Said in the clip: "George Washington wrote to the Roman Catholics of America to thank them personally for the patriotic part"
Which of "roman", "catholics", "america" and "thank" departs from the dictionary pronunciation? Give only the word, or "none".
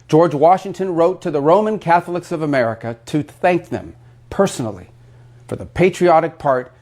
none